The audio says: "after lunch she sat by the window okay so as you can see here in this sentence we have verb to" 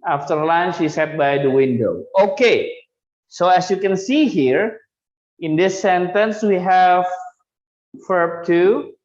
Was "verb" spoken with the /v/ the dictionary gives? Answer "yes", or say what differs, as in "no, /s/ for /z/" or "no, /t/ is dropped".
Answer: no, /f/ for /v/